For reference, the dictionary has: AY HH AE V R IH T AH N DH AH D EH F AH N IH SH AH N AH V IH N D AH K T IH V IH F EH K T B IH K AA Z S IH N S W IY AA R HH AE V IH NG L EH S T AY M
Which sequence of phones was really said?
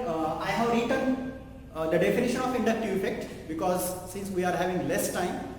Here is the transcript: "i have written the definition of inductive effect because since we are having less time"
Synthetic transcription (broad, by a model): AY HH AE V R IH T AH N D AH D EH F AH N IH SH AH N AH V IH N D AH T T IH IH F EH K T B IH K AA Z S IH N S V IY AA R HH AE V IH NG L EH S T AY M